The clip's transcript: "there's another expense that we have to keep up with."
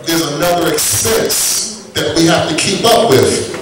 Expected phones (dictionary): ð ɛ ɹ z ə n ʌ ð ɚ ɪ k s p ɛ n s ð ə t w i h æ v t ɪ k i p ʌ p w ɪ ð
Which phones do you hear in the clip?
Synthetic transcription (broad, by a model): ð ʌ ɹ z ə n ʌ ð ɚ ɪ k s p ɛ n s ð ə t w i h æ f t ɪ k i p ʌ p w ɪ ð